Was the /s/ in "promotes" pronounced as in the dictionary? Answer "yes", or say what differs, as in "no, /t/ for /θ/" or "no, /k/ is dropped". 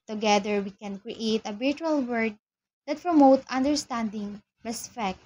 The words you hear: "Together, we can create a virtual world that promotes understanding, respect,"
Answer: no, /s/ is dropped